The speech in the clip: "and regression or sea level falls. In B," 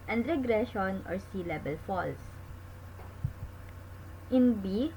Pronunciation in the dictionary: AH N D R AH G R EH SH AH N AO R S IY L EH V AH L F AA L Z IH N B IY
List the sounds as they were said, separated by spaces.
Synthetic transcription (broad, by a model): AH N D R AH G R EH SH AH N AO R S IY L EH B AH L F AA L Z IH N B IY